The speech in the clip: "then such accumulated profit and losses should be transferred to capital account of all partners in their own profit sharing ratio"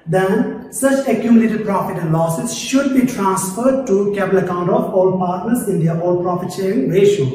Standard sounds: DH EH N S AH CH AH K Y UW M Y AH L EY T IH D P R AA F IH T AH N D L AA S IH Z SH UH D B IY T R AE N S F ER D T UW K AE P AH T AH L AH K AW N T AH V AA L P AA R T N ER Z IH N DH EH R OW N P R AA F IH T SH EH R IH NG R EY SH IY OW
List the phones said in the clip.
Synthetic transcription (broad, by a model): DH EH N S AH CH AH K Y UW M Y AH L EY T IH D P R AA F IH T AH N D L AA S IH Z SH UH D B IY T R AE N S F ER D T UW K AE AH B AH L AH K AW N T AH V AA L P AA R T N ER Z IH N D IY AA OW L P R AA F IH T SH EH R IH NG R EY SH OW